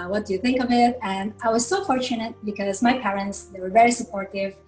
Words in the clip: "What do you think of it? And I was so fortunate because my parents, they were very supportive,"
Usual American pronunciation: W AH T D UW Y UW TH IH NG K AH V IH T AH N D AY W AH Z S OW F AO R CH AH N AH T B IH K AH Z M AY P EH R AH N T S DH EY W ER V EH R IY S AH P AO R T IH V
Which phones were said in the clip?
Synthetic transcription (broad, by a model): W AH T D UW Y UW TH IH NG K AH V IH T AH N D AY W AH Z S OW F AO R CH AH N AH T B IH K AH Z M AY P EH R AH N T S DH EY W ER V EH R IY S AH P AO R T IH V